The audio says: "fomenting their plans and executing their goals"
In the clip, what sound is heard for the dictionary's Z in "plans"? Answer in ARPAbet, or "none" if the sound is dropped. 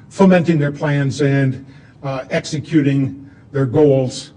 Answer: Z